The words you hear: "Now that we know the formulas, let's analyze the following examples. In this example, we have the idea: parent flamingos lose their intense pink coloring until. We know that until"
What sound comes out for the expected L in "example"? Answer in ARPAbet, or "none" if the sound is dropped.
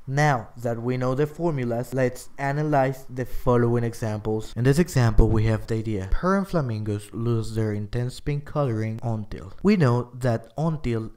L